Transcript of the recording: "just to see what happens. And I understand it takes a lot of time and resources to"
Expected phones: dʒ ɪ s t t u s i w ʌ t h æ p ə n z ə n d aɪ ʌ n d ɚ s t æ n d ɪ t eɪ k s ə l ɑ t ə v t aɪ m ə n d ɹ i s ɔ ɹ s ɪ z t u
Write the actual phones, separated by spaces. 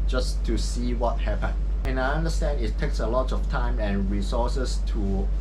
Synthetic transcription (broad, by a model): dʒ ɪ s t t u s i w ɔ t h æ p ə n ə n aɪ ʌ n d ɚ s t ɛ n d ɪ t eɪ k s ə l ɑ t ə f t aɪ m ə n ɹ i s ɔ s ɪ s t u